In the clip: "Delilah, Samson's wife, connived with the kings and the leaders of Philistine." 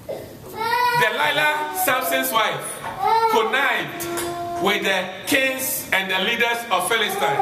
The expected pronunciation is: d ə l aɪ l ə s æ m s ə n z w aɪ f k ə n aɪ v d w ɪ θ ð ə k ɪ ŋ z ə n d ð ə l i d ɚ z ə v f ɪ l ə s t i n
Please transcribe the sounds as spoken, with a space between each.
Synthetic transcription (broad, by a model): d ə l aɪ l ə s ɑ s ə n s w aɪ f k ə n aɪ d w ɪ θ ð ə k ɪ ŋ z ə n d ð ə l i d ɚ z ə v f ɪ l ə s t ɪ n